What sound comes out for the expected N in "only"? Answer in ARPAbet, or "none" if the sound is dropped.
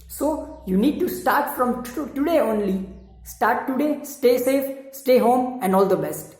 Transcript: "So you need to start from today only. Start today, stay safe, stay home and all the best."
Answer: N